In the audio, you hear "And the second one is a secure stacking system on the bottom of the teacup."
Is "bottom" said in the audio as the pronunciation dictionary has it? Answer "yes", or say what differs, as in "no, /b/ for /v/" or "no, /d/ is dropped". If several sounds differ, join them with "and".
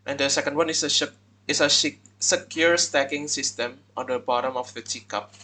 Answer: yes